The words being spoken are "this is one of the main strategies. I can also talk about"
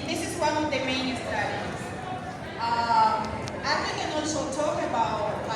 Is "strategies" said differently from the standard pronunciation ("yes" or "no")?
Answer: yes